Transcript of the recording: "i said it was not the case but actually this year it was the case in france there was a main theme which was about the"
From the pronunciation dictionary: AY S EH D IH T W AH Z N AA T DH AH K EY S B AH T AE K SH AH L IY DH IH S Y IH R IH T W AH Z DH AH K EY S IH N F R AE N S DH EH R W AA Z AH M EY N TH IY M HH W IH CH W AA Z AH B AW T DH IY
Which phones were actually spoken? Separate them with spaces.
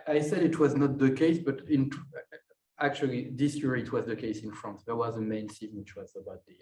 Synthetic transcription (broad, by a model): AY S EH D IH T W AH Z N AA T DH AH K EY S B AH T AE K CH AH L IY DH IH S Y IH R IH T W AH Z DH AH K EY S IH N F R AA N S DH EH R W AA Z AH M EY N S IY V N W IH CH W AA Z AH B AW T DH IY